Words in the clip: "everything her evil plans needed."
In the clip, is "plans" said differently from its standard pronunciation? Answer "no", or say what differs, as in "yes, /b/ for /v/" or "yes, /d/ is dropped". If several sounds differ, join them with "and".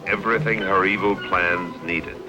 no